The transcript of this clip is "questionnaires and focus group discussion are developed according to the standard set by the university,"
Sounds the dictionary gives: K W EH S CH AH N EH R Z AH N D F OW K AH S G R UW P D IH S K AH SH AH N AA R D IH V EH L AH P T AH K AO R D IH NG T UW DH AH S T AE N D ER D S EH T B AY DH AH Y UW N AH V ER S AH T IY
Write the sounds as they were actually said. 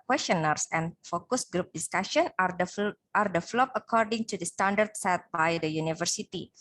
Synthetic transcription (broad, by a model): K W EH S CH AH N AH R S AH N F OW K AH S G R UW P D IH S K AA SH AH N AA R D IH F L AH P AH K AO R D IH NG T UW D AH S T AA N D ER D S EH T B AY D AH Y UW N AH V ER S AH T IY